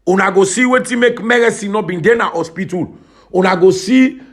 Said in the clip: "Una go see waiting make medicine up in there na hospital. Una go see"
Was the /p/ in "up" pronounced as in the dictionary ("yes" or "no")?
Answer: no